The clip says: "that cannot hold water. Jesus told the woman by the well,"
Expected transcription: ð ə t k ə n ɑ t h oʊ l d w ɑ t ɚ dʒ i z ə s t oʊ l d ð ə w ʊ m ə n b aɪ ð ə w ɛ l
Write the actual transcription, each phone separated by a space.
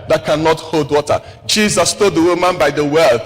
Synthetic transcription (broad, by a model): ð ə t k ə n ɑ t h oʊ l d w ɑ t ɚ dʒ i z ə s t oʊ d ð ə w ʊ m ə n b aɪ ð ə w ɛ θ